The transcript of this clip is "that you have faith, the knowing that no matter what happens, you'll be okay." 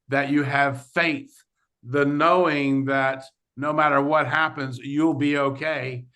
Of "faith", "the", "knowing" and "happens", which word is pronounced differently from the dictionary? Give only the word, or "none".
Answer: none